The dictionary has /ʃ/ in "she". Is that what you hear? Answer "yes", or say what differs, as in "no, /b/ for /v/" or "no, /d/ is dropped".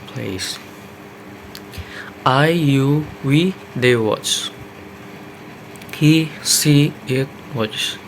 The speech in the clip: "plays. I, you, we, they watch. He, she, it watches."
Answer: no, /s/ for /ʃ/